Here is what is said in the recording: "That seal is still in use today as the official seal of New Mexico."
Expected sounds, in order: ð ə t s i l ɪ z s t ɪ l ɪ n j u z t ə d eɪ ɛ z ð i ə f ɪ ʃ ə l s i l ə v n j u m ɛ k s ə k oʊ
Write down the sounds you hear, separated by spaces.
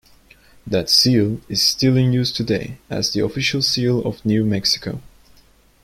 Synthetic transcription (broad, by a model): ð ə t s i l ɪ z s t ɪ l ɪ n j u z t ə d eɪ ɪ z ð i ə f ɪ ʃ ə l s i l ə v n j u m ɛ k s ə k oʊ